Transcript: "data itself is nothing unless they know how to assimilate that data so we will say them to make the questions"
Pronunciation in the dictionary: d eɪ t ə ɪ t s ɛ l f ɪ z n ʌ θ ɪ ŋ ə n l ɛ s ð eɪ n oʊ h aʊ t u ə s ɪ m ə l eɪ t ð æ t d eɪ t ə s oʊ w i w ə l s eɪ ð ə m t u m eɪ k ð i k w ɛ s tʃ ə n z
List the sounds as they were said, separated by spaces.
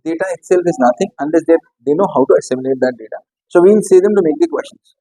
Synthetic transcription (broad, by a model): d eɪ t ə ɪ t s ɛ l f ɪ z n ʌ t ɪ ŋ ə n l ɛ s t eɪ n oʊ h aʊ t u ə s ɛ m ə n eɪ t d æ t d eɪ t ə s oʊ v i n s eɪ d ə m t u m eɪ k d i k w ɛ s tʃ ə n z